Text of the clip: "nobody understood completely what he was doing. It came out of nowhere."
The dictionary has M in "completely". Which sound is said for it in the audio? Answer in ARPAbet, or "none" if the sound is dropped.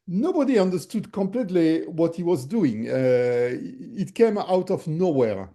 M